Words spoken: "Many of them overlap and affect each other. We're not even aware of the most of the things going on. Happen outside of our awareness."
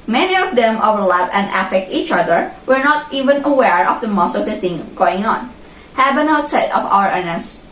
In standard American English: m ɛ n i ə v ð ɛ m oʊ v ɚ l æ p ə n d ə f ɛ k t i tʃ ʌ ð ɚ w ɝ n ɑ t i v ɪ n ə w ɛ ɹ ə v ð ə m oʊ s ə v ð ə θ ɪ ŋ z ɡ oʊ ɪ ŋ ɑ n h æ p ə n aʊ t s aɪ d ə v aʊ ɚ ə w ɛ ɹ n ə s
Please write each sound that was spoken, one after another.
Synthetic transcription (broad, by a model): m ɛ n i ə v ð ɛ m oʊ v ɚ l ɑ f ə n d ə f ɛ k t i tʃ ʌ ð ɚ w ɝ n ɑ t i v ɪ n ə w ɛ ɹ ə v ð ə m oʊ s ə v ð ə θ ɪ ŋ ɡ oʊ ɪ ŋ ɑ n h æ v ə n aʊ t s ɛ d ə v aʊ ɚ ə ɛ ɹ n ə s